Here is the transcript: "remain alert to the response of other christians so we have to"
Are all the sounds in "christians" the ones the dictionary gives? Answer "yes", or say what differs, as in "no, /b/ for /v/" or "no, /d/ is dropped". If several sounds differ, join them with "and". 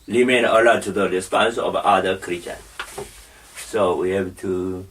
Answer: no, /s/ is dropped